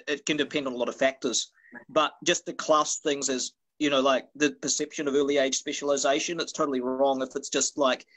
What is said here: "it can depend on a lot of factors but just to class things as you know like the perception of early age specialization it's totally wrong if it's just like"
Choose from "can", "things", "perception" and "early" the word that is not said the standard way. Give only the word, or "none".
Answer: none